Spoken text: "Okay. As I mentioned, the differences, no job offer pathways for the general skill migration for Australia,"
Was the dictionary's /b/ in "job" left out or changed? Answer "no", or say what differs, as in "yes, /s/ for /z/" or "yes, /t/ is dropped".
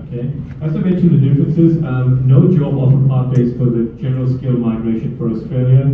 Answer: yes, /b/ is dropped